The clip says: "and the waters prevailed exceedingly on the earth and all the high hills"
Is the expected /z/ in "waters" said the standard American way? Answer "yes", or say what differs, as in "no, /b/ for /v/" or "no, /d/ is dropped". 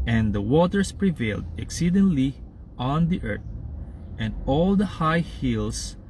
no, /s/ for /z/